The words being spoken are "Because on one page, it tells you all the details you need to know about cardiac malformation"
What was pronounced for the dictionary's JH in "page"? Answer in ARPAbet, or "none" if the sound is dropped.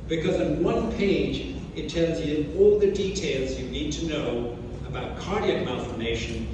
JH